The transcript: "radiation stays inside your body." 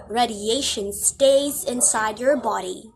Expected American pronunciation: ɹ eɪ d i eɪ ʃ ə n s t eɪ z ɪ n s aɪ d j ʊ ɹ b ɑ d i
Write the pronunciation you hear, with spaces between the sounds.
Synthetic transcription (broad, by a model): ɹ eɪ d i eɪ ʃ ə n s t eɪ z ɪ n s aɪ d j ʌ ɹ b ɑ d i